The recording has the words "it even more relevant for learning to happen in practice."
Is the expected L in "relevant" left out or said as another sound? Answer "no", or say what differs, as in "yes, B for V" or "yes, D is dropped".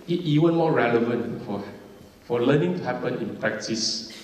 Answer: no